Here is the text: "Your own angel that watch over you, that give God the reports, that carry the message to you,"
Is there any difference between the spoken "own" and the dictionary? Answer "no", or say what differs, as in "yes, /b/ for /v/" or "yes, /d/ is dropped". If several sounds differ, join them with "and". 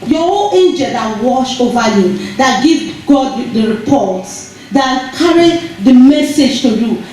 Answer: yes, /l/ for /n/